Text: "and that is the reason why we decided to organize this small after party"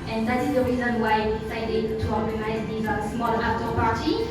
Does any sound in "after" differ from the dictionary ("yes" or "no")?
yes